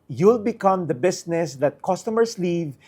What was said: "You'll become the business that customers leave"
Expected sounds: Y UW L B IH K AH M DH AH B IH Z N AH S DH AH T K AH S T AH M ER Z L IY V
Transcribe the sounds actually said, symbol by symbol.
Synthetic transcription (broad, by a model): Y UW L B IH K AH M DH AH B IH S N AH S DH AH T K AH S T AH M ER S L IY V